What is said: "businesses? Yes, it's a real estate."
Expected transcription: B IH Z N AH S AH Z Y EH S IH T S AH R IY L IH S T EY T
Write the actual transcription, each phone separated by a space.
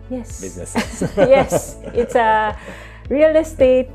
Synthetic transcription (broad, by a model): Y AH S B Y EH S IH T S AH R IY L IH S T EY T